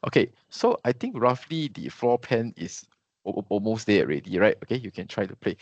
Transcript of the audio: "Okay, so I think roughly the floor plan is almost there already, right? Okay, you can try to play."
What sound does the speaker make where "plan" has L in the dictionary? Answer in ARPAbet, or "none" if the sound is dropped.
none